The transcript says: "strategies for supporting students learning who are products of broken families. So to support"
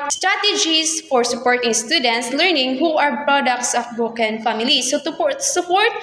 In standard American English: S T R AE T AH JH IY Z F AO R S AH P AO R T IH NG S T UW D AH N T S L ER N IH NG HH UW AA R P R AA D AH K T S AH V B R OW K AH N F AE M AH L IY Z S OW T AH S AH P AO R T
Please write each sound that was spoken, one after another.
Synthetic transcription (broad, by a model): S T R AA T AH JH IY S F AO R S AH P AO R T IH NG S T UW D AH N T S L ER N IH NG HH UW AA R P R AA D AH K T S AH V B OW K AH N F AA M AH L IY S OW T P S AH P AO R T